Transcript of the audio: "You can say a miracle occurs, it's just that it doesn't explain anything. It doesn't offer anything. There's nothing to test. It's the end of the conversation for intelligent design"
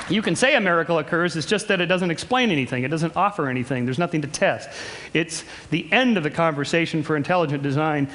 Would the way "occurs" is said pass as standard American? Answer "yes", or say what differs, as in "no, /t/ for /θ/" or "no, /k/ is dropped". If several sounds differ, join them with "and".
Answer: yes